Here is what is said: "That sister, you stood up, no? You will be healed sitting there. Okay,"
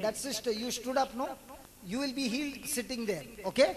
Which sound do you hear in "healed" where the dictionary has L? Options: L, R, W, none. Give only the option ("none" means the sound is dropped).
L